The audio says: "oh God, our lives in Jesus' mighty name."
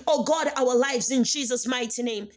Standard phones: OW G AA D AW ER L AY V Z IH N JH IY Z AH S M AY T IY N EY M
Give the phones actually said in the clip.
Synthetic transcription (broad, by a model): OW G AA D AW ER L AY V Z IH N JH IY Z AH S M AY T IY N EY M